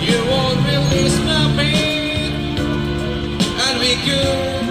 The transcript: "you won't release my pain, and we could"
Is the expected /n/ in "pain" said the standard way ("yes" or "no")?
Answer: no